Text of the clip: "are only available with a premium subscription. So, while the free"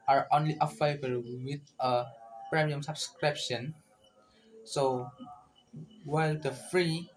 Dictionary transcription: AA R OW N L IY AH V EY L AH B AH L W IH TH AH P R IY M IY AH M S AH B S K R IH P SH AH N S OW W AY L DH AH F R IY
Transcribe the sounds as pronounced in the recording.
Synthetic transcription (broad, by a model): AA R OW N L IY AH F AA AH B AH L W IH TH AH P R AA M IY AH M S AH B S K R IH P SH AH N S OW W AY L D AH F R IY